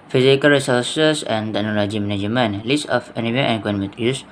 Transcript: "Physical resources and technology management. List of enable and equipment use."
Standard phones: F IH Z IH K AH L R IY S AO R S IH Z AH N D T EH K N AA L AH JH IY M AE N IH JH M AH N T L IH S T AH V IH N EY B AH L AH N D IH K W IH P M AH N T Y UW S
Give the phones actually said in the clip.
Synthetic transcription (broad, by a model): F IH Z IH K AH L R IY S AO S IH S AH N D T EH K N AA L AH JH IY M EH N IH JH M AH N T L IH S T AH F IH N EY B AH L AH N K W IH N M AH T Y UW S